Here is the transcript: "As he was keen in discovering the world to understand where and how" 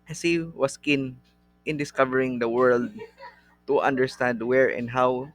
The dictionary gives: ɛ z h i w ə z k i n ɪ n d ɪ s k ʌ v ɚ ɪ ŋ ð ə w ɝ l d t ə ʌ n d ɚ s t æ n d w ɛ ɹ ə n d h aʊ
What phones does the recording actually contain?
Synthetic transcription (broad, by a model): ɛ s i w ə s k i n ɪ n d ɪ s k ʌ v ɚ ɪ ŋ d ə w ɝ l d t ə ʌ n d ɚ s t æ n d w ɛ ɹ ə n d h aʊ